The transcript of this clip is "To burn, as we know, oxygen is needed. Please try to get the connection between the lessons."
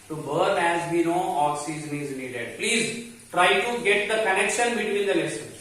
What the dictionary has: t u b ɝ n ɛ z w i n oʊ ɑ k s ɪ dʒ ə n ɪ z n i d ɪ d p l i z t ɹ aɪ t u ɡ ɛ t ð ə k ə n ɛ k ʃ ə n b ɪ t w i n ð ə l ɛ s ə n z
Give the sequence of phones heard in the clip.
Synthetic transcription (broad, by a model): t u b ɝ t ɛ z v i n oʊ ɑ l s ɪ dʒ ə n ɪ z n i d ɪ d p l i z t ɹ aɪ t u ɡ ɛ t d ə k ə n ɛ k ʃ ə n b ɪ t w i n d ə l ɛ s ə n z